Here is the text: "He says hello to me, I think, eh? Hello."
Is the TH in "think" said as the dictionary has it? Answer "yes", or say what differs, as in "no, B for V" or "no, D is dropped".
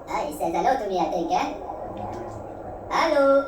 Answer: no, T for TH